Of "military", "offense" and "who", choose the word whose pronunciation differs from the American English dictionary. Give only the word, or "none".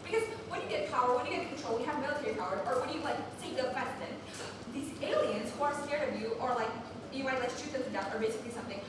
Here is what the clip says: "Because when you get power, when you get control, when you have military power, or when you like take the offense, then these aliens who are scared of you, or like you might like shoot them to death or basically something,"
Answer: offense